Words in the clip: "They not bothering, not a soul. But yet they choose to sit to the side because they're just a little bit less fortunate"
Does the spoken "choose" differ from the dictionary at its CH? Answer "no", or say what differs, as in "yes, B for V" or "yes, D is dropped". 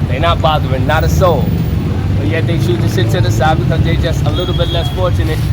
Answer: yes, SH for CH